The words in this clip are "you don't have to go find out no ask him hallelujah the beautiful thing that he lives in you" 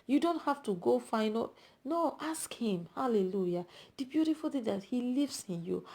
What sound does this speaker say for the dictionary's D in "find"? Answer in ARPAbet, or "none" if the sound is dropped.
none